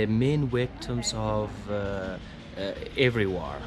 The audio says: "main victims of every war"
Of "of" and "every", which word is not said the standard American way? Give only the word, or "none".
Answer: none